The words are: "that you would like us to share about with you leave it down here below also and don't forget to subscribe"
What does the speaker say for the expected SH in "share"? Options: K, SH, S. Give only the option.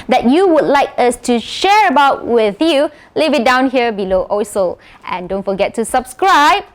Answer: SH